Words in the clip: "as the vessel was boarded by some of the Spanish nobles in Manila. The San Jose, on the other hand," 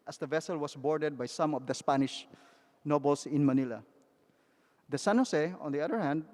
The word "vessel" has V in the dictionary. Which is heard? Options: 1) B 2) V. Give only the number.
2